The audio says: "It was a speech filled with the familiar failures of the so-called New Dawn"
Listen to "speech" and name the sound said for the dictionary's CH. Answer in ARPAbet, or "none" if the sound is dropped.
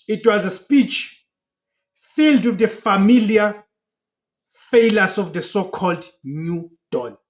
CH